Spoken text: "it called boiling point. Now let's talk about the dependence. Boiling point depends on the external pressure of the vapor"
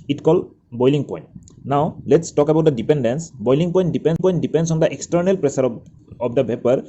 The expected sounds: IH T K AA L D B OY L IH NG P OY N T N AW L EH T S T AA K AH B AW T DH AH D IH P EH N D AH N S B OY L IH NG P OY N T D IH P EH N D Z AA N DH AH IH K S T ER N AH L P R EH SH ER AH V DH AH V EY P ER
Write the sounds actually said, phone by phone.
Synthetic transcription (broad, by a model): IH T K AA L B OY L IH NG P OY N T N AW L EH T S T AA K AH B AW T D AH D IH P EH N D AH N S B OY L IH NG P OY N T D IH P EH N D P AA N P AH IH K S T ER N AH L P R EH S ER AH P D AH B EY P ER